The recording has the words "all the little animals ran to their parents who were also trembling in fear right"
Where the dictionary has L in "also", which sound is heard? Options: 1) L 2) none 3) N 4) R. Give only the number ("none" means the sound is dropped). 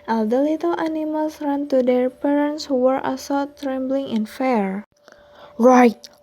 2